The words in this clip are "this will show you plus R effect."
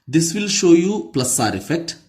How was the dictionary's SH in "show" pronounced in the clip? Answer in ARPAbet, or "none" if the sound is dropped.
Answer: SH